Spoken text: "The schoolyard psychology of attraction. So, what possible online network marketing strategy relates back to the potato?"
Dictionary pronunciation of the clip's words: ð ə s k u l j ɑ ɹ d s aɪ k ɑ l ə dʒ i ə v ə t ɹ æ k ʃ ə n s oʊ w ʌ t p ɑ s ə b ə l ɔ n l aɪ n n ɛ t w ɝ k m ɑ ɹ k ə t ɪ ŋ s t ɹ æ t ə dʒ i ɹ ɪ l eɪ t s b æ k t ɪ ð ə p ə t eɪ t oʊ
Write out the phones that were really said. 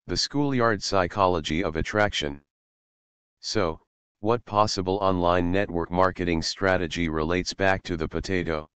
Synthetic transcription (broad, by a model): ð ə s k u l j ɑ ɹ d s aɪ k ɑ l ə dʒ i ə v ə t ɹ æ k ʃ ə n s oʊ w ʌ t p ɑ s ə b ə l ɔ n l aɪ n n ɛ t w ɝ k m ɑ ɹ k ə t ɪ ŋ s t ɹ æ t ə dʒ i ɹ ɪ l eɪ t s b æ k t ɪ ð ə p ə t eɪ t oʊ